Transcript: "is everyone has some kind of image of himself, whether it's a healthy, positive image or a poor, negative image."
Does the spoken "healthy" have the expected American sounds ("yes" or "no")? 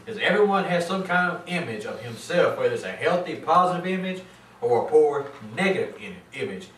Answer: yes